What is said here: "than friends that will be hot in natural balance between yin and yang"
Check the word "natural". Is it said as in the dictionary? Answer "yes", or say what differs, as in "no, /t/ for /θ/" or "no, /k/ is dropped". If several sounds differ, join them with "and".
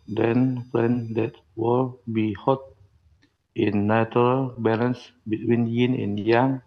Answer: no, /tʃ/ is dropped